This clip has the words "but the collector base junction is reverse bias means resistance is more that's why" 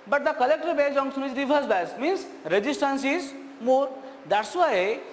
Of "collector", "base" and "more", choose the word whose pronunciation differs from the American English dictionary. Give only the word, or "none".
base